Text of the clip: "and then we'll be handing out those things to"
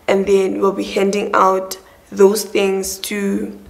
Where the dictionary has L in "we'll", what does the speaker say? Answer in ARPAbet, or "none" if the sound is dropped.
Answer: L